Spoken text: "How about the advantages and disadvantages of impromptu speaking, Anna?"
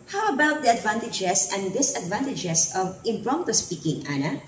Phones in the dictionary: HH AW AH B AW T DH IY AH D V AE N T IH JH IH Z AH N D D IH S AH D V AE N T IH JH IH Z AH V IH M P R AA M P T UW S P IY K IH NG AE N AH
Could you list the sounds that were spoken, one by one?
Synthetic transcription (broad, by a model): HH AW AH B AW T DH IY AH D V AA N T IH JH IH S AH N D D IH S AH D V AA N T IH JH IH S AH V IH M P R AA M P T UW S P IY K IH NG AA N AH